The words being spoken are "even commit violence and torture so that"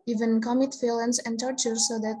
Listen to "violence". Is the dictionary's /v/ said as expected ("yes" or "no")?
no